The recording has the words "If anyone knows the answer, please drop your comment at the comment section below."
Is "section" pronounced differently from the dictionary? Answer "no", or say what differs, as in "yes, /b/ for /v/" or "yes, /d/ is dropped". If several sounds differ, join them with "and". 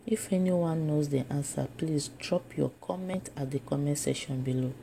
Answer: yes, /k/ is dropped